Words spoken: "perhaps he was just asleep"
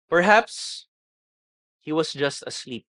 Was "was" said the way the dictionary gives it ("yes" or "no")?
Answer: no